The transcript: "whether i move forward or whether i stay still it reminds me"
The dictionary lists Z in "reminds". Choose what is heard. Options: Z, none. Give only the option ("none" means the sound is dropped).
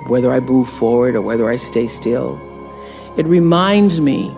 Z